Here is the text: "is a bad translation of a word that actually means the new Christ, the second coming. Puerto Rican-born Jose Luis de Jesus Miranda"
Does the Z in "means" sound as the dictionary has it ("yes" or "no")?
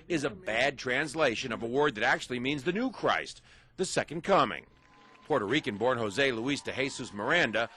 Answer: yes